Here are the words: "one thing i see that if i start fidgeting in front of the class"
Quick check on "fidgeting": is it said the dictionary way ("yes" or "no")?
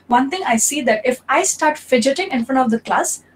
yes